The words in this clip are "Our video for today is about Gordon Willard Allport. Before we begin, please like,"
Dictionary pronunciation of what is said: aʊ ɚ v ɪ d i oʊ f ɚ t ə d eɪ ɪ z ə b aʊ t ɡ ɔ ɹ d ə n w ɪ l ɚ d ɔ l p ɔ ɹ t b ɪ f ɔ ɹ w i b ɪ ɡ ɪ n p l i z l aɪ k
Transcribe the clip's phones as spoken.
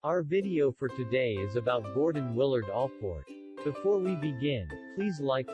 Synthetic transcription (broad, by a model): aʊ ɚ v ɪ d i oʊ f ɚ t ə d eɪ ɪ z ə b aʊ t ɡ ɔ ɹ d n w ɪ l ɚ d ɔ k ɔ ɹ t b ɪ f ɔ ɹ w i b ɪ ɡ ɪ n p l i z l aɪ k